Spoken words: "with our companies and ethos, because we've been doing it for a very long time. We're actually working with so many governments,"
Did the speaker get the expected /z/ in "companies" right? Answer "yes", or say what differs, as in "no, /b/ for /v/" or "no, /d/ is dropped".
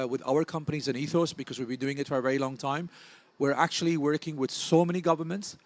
yes